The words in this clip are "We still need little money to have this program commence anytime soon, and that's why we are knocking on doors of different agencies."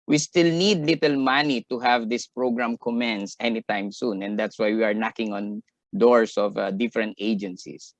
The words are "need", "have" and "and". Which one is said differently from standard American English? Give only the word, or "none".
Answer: none